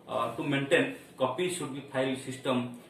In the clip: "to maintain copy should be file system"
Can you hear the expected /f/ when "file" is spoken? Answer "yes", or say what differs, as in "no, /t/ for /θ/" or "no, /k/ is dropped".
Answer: no, /p/ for /f/